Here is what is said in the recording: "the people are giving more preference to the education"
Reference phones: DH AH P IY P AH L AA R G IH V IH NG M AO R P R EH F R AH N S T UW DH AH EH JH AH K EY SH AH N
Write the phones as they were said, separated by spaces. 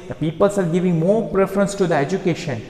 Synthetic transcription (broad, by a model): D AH P IY P AH L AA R G IH V IH NG M AO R P R EH F R AH N S T UW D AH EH JH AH K EY SH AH N